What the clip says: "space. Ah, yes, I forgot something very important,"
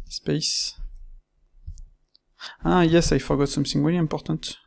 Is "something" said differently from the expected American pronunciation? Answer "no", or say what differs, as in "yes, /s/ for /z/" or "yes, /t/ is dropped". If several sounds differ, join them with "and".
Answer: yes, /s/ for /θ/